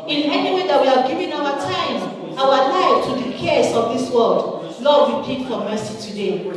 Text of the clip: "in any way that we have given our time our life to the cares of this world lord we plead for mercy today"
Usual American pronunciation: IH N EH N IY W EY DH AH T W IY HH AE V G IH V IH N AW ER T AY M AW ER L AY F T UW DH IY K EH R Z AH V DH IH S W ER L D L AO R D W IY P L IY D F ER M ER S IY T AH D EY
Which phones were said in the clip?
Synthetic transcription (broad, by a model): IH N EH N IY W EY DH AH T W IY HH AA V G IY V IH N AW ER T AY M AW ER L AY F T UW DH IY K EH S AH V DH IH S W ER L D L AO D W IY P IY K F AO M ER S IY T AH D EY